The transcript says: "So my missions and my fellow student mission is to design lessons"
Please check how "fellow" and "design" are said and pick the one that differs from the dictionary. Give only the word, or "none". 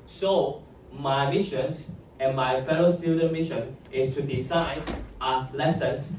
design